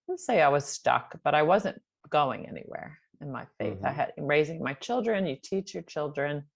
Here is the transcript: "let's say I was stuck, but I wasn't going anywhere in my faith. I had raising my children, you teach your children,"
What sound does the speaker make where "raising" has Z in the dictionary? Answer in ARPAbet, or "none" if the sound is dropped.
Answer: Z